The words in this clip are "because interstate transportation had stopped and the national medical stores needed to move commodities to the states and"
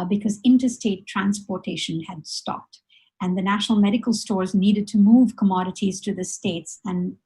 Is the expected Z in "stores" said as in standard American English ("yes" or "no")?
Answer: yes